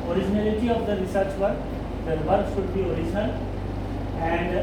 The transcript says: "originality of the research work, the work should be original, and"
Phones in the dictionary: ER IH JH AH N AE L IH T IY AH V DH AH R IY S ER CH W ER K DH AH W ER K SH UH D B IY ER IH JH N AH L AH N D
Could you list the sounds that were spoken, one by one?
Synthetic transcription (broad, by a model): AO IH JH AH N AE L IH T IY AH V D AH R IY S ER CH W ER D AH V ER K S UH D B IY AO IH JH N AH L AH N D